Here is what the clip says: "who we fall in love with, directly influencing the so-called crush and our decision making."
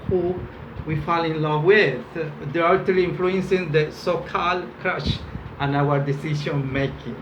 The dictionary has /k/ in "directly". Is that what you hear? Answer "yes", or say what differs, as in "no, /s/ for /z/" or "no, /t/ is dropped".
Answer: no, /k/ is dropped